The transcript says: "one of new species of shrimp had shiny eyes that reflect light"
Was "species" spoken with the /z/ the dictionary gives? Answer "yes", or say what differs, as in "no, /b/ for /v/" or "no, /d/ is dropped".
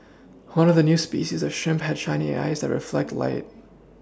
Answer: yes